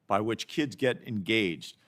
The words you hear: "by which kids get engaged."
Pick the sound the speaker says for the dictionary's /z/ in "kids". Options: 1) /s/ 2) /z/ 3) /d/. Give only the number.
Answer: 2